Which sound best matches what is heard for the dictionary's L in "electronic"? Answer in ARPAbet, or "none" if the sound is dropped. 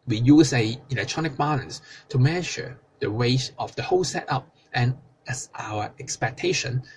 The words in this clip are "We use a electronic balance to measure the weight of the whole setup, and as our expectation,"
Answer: L